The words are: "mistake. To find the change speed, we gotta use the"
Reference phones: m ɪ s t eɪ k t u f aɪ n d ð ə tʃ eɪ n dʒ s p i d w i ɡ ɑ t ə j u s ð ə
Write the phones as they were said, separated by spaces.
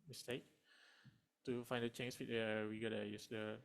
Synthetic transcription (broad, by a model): m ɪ s t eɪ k t u f aɪ n d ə tʃ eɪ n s f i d w i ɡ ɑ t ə j u s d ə